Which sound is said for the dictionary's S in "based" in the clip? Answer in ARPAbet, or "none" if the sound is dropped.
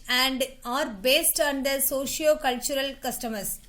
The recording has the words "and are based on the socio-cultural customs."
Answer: S